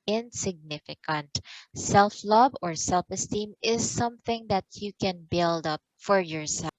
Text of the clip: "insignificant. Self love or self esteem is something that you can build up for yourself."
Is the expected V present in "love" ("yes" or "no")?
no